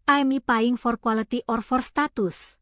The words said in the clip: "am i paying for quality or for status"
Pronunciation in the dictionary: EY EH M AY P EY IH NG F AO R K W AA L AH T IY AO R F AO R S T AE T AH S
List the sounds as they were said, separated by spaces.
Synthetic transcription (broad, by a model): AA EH M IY P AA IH NG F AO R K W AA L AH T IY AO R F AO R S T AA T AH S